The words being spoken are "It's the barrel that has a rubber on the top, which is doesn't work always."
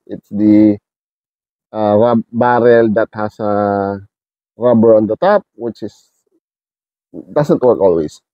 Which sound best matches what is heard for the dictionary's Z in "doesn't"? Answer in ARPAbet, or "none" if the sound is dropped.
S